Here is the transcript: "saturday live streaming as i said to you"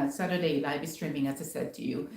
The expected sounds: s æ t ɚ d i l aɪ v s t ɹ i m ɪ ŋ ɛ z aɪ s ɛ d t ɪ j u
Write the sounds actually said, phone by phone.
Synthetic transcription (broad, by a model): s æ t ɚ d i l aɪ b s t ɹ i m ɪ ŋ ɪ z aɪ s ɛ d t ɪ j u